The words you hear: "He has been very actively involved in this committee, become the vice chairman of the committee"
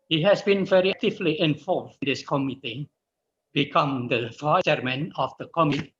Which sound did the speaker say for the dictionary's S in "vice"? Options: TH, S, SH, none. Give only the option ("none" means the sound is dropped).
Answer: none